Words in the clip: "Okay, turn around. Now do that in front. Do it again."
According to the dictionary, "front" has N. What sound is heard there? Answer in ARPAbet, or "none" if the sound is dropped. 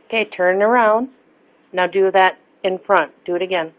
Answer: N